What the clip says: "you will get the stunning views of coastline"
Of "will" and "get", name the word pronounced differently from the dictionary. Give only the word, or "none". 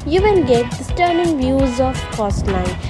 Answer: will